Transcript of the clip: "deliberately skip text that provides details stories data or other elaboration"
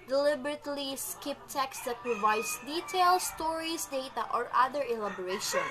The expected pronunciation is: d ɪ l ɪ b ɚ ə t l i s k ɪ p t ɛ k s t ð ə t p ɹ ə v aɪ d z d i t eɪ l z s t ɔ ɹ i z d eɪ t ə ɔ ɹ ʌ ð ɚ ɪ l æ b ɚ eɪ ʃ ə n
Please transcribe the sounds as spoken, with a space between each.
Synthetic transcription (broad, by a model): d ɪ l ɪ b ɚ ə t l i s k ɪ p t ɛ k s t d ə t p ɹ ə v aɪ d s d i t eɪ l s t ɔ ɹ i s d eɪ t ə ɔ ɹ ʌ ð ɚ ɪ l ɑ b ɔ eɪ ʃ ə n